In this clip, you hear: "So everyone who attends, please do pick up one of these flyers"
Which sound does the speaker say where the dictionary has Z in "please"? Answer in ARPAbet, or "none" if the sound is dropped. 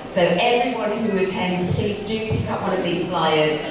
Z